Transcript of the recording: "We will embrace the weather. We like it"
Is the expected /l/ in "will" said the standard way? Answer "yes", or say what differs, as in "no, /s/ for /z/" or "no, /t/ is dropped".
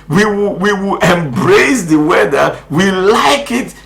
no, /w/ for /l/